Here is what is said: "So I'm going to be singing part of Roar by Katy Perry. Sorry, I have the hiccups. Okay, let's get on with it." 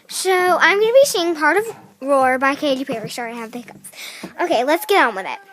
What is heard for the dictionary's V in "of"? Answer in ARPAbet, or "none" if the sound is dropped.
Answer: V